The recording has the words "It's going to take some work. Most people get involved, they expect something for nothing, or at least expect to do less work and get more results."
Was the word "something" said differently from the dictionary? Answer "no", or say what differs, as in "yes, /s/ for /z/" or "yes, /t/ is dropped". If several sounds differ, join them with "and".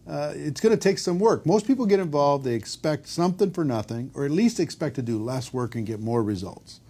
no